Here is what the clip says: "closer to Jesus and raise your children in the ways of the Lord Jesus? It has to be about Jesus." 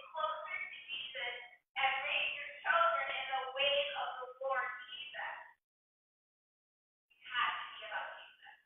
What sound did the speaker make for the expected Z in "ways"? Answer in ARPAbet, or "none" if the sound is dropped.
none